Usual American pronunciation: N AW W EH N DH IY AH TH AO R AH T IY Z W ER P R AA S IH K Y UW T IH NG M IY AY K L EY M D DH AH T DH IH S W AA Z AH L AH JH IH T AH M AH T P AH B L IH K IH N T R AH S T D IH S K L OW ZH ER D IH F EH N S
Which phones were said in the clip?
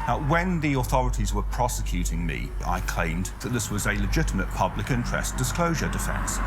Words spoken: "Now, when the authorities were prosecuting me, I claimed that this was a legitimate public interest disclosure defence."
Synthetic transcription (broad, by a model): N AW W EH N DH IY AH TH AO R AH T IY Z W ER P R AA S IH K Y UW T IH NG M IY AY K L EY M DH AH T DH IH S W AA Z AH L AH JH IH T AH M AH T P AH B L IH K IH N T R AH S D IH S K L OW ZH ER D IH F EH N S